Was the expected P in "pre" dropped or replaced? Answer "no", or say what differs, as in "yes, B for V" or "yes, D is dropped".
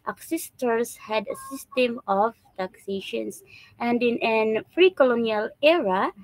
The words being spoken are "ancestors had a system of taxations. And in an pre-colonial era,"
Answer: yes, F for P